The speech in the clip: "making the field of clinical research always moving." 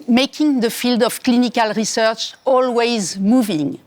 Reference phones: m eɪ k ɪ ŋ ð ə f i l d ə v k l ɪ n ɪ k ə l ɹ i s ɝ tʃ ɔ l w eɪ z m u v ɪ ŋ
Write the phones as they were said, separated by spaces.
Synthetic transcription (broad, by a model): m eɪ k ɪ ŋ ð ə f i l d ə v k l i n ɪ k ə l ɹ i s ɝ tʃ ɔ l w eɪ z m u v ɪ ŋ